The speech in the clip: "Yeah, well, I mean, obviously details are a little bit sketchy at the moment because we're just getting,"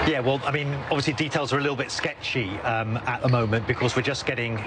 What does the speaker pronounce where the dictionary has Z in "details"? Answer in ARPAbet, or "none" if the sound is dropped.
Z